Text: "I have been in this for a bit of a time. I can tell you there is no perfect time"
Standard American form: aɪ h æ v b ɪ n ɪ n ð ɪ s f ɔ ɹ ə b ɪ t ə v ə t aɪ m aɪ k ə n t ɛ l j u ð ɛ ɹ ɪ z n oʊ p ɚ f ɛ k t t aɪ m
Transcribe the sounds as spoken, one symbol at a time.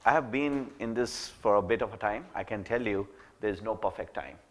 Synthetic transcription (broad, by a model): aɪ h æ v b ɪ n ɪ n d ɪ s f ɔ ɹ ə b ɪ t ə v ə t aɪ m aɪ k ə n t ɛ l j u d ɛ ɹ ɪ z n oʊ p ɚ f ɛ k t t aɪ m